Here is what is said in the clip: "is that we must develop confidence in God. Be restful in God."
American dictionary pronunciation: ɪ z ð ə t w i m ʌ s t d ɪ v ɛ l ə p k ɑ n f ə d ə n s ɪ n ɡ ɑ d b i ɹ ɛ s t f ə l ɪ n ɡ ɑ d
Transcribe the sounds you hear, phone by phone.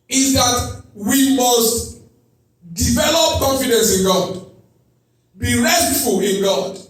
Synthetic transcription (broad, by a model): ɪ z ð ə t w i m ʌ s t d ɪ v ɛ l ə p k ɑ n f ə d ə n s ɪ n ɡ ɑ d b i ɹ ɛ t f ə l ɪ n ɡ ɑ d